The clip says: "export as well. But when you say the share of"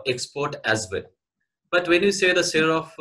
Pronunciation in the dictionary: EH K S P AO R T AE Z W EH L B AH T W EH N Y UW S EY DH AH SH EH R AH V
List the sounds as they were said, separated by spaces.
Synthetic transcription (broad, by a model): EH K S P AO R T AE Z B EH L B AH T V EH N Y UW S EY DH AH S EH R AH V